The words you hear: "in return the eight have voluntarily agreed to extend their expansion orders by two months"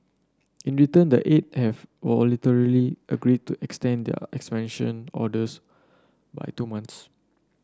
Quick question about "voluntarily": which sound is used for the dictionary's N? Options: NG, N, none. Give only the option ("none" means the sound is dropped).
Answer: none